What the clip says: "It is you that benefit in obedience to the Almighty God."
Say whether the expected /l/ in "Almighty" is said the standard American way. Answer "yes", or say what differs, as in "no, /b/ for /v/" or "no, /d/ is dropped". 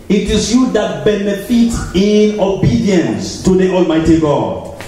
yes